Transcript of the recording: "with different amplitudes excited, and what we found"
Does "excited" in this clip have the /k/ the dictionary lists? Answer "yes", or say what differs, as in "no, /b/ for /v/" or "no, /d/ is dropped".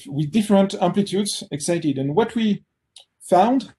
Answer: yes